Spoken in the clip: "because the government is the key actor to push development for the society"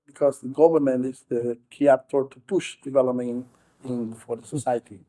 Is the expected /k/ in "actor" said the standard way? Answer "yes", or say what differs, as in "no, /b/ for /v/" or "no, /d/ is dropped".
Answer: no, /k/ is dropped